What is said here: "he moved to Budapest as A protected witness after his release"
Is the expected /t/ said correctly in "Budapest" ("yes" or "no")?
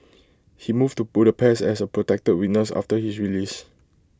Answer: no